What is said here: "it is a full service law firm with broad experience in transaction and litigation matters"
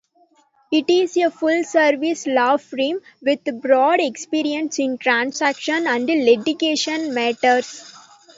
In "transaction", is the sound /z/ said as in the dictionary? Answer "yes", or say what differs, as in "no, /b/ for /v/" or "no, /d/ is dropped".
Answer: no, /s/ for /z/